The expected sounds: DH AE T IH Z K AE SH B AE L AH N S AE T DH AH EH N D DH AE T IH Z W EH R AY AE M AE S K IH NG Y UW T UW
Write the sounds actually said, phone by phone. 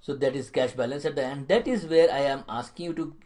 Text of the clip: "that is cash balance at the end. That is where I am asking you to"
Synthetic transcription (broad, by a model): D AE T IH Z K AE SH B AE L AH N S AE T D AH EH N D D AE T IH Z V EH R AY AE M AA S K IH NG Y UW T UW